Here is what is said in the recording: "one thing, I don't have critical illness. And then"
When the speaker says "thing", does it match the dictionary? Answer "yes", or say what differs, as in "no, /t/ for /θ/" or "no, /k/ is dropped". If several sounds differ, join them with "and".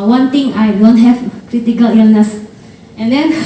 no, /t/ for /θ/